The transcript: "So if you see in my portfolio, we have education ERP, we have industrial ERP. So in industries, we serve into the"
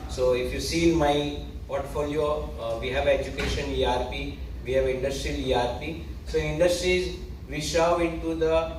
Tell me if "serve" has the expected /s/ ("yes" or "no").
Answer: no